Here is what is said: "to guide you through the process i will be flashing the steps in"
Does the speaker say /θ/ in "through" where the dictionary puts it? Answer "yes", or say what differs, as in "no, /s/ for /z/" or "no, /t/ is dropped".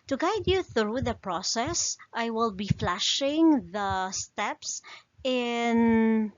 yes